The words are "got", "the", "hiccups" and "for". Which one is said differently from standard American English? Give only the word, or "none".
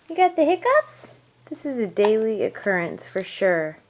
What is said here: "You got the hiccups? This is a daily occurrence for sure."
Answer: none